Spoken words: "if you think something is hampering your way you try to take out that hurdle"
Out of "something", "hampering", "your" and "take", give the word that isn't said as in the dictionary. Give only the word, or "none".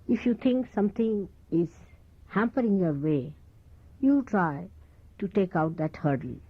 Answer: something